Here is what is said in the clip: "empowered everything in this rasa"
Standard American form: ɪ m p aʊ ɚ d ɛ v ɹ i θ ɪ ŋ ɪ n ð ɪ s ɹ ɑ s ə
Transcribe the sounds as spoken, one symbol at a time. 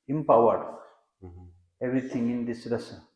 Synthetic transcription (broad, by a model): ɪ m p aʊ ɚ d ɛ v ɹ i t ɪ ŋ ɪ n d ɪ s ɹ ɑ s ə